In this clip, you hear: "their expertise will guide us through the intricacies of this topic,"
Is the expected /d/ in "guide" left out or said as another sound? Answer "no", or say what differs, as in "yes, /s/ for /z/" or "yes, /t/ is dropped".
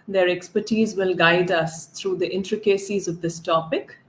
no